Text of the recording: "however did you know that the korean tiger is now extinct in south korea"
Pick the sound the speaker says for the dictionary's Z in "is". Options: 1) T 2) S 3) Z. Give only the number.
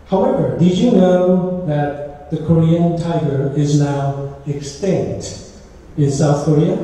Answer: 3